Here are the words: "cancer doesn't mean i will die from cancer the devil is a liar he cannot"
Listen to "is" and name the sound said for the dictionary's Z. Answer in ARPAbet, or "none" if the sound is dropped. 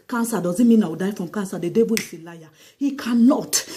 S